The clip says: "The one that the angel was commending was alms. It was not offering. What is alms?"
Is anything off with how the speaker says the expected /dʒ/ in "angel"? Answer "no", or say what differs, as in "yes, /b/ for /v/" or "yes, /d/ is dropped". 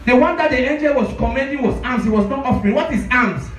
no